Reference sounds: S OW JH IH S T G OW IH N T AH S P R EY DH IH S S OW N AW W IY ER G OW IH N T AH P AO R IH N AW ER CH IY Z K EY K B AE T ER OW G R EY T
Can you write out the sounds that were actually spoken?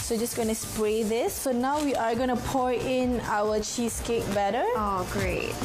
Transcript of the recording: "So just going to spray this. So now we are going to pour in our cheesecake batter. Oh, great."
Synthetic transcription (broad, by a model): S OW JH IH S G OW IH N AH S P R EY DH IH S S OW N AW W IY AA G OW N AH P AO R IH N AW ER CH IY S K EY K B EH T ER OW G R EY T